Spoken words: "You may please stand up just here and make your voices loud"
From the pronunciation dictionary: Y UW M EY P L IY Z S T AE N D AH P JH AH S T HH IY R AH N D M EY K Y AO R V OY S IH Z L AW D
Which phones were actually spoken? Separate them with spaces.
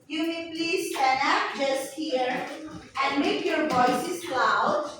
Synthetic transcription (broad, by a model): Y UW M EY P L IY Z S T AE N AH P JH AH S T HH IY R AH N D M EY K Y AO R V OY S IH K L AW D